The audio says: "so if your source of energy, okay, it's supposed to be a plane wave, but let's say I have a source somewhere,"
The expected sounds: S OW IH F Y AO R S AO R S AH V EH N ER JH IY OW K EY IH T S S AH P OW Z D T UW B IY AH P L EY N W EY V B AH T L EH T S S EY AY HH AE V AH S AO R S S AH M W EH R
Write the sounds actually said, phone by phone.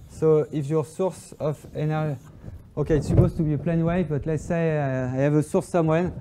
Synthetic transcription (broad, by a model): S OW IH F Y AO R S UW R S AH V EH N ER ZH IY OW K EY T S S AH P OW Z T UW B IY AH P L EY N W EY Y B AH T L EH T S S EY AY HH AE V AH S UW R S S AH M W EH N